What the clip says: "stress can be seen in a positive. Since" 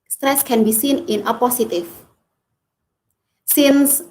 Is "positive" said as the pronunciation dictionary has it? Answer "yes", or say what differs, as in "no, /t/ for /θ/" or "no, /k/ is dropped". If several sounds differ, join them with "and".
no, /s/ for /z/ and /f/ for /v/